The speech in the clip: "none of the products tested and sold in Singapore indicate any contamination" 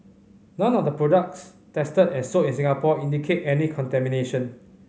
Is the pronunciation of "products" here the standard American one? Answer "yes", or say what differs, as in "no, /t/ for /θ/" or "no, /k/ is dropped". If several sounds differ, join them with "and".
yes